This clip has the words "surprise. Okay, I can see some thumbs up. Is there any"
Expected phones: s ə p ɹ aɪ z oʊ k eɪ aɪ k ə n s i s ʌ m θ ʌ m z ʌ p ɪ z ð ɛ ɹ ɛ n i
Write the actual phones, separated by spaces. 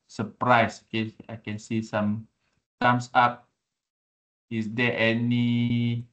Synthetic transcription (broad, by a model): s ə p ɹ aɪ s oʊ k eɪ aɪ k ə n s i s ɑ m s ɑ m s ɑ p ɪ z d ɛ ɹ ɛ n i